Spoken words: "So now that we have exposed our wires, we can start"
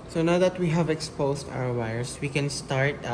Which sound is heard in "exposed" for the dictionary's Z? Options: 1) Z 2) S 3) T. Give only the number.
2